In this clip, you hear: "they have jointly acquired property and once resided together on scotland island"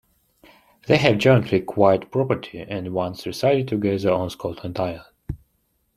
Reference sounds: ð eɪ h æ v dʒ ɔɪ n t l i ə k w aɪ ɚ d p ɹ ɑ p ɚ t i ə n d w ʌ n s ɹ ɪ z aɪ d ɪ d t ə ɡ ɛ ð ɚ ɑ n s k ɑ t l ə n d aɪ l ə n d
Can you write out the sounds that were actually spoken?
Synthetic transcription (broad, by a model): ð eɪ h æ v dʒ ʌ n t l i k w aɪ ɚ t p ɹ ɑ p ɚ t i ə n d w ʌ n s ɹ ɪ s aɪ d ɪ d t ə ɡ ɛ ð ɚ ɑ n s k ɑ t ə n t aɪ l